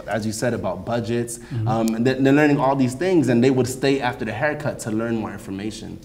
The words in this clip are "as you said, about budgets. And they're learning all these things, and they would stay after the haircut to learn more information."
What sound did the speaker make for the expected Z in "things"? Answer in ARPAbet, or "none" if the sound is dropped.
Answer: Z